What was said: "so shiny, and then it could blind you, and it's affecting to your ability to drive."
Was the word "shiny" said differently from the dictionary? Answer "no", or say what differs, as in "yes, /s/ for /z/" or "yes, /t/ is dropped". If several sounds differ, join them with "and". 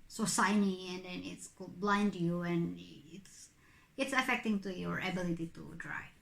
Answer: yes, /s/ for /ʃ/